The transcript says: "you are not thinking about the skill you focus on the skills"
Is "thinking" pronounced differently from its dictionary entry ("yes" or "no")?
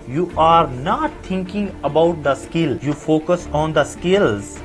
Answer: yes